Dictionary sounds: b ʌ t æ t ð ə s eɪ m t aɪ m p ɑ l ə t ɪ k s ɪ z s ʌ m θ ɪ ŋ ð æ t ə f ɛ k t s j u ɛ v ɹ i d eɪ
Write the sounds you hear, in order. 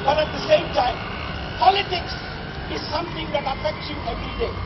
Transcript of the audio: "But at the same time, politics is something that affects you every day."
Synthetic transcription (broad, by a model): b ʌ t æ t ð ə s eɪ m t aɪ m p ɑ l ə t ɪ k s ɪ z s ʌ m t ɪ ŋ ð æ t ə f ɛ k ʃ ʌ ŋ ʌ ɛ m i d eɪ